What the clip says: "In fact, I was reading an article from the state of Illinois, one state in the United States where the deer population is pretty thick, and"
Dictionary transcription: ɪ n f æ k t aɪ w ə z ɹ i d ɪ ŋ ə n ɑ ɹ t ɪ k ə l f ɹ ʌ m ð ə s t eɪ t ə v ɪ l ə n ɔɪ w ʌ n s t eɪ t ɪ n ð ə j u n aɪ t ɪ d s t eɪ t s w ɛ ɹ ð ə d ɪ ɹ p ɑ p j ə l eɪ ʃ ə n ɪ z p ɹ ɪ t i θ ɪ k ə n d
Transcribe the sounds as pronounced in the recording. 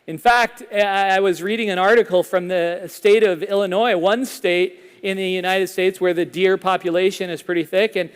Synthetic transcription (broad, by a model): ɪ n f æ k t aɪ w ə z ɹ i d ɪ ŋ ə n ɑ ɹ t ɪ k l f ɹ ʌ m ð ə s t eɪ t ə v ɪ l ə n ɔɪ w ʌ n s t eɪ t ɪ n ð ə j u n aɪ t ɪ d s t eɪ t s w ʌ ɹ ð ə d ɪ ɹ p ɑ p j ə l eɪ ʃ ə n ɪ z p ɹ ɪ t i θ ɪ k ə n